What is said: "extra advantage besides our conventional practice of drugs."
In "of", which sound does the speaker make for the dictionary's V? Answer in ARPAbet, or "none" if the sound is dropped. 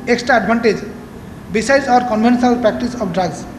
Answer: P